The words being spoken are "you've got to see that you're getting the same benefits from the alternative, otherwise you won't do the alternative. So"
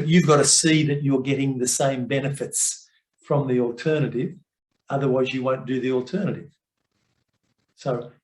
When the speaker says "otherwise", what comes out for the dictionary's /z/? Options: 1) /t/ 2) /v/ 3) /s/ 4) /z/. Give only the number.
4